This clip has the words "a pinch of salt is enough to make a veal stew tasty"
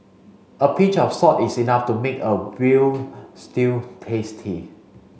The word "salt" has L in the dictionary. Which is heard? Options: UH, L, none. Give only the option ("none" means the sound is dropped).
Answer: none